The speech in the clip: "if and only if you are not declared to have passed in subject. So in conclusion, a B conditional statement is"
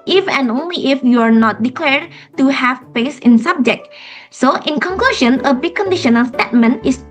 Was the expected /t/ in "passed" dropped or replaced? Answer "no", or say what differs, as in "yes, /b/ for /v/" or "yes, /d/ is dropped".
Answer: yes, /t/ is dropped